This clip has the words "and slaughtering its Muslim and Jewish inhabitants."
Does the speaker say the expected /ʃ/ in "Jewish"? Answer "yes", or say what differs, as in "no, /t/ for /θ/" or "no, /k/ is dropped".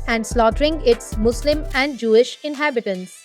yes